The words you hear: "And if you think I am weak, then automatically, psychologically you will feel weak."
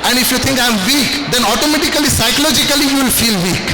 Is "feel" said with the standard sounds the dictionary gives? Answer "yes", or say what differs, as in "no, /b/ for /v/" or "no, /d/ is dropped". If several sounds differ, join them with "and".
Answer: yes